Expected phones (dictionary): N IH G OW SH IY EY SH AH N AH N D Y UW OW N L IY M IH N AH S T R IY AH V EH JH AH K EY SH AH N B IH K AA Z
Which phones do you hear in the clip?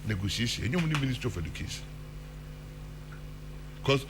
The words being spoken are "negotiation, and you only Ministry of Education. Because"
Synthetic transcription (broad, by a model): N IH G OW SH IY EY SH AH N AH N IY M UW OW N IY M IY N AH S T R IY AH F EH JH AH K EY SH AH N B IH K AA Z